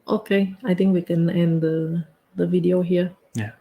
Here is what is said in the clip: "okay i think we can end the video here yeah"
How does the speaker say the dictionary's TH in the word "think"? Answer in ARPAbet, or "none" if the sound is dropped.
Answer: T